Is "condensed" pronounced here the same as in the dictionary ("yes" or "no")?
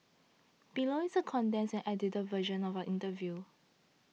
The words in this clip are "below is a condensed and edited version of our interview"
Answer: no